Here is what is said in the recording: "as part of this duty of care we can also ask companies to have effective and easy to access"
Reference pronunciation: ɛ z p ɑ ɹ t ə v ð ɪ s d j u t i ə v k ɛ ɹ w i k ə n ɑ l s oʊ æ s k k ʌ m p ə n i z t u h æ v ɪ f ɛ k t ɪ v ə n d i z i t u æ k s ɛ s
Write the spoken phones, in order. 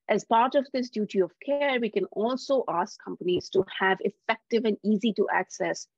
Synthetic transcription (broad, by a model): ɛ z p ɑ ɹ t ə v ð ɪ s d j u t i ə v k ɛ ɹ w i k ə n ɑ l s oʊ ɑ s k k ʌ m p ə n i z t u h æ v ɪ f ɛ k t ɪ v ə n d i z i t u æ k s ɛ s